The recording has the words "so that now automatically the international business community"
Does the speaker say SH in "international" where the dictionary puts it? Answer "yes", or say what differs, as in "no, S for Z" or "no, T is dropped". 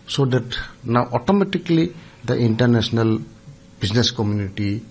no, S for SH